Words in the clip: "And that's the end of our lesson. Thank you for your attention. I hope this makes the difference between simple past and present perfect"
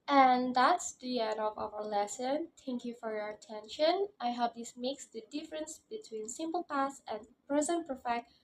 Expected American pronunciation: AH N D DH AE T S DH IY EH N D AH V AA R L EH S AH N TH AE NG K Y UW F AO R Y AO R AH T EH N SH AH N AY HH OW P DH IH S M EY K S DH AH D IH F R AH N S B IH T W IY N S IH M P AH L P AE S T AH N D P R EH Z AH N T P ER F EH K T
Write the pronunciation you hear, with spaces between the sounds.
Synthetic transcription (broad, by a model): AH N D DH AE T S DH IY EH N D AH V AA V L EH S AH N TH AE NG K Y UW F AO R Y AO R AH T EH N SH AH N AY HH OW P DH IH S M EY K S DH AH D IH F R AH N S B IH T W IY N S IH M P AH L P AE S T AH N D P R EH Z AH N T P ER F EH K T